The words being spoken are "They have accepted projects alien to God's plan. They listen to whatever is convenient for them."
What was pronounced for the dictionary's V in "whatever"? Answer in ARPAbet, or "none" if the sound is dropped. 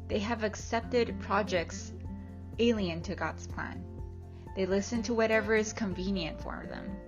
V